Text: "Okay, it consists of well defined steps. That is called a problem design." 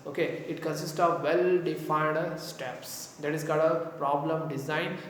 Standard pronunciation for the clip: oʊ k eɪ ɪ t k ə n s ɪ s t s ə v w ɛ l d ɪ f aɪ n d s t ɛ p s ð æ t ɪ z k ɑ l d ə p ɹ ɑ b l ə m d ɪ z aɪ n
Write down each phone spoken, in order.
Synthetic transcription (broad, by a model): oʊ k eɪ ɪ t k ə n s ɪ s t s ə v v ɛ l d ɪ f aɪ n d s t ɛ p s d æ t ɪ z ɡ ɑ d ə p ɹ ɑ b l ə m d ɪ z aɪ n